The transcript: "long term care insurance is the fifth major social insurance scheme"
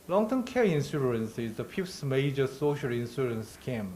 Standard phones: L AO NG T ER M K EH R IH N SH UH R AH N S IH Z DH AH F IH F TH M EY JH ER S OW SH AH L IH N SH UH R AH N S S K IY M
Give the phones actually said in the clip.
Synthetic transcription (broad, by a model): L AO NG T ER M K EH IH N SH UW R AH N S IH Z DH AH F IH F S M EY JH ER S OW SH AH L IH N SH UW R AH N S S K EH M